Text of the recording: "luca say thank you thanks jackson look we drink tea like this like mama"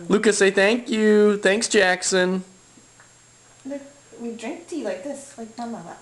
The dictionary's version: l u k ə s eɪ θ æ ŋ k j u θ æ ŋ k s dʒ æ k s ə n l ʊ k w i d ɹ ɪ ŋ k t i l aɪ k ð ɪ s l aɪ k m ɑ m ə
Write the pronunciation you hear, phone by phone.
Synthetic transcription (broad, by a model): l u k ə s eɪ θ æ ŋ k j u θ æ ŋ k s dʒ æ k s ə n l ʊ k w i d ɹ ɪ ŋ k t i l aɪ k ð ɪ s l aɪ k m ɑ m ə